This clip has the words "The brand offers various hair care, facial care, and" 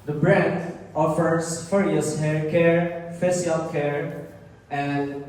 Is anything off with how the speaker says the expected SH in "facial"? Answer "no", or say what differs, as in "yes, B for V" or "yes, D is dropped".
yes, S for SH